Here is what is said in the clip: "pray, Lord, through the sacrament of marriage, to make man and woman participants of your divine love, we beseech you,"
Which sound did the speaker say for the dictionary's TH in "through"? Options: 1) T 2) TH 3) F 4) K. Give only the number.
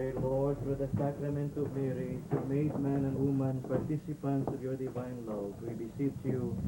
3